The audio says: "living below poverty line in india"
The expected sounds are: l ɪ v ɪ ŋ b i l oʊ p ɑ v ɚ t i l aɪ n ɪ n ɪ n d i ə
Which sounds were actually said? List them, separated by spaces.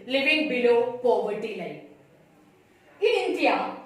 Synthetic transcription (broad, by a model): l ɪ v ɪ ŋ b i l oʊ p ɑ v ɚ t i l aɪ ɪ n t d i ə